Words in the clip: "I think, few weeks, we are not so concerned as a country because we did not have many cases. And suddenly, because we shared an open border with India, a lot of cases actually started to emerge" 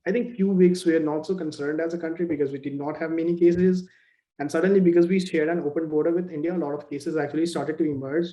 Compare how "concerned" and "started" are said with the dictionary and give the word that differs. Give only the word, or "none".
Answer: none